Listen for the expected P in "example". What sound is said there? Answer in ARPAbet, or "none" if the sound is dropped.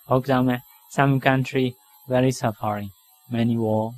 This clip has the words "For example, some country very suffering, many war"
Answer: none